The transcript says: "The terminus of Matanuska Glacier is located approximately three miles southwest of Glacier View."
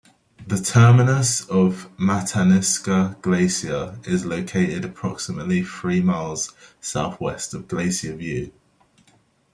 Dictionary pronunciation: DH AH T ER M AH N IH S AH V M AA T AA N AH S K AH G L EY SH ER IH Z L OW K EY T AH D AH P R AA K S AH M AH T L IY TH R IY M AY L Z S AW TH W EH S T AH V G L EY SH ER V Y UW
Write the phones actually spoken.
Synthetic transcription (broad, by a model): DH AH T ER M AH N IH S AH V M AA T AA N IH S K AH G L EY S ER IH Z L OW K EY T AH D AH P R AA K S AH M AH T L IY TH R IY M AY L Z S AW TH W EH S T AH V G L EY S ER V Y UW